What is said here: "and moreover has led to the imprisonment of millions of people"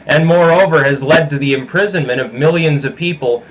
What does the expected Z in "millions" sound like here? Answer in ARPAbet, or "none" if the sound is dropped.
Z